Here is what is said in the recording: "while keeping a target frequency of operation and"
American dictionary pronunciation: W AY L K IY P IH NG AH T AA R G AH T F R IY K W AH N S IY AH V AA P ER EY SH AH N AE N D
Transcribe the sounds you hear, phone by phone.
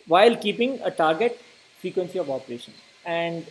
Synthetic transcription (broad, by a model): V AY L K IY P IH NG AH T AA R G AH T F R IY K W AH N S IY AH V AA P ER EY SH AH N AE N D